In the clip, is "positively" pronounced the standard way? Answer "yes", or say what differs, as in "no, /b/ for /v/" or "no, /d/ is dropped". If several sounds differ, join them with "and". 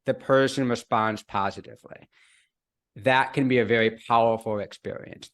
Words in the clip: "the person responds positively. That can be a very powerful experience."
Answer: yes